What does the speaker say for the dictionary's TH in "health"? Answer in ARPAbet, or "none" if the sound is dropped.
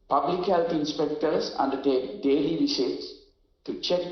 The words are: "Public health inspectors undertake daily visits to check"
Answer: T